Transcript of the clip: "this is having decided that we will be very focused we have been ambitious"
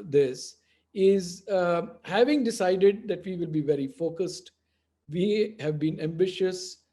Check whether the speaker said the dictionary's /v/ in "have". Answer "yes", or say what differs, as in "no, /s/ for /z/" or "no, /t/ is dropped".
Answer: yes